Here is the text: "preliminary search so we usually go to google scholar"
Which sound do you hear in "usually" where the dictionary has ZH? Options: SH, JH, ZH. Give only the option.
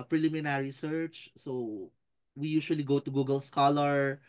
SH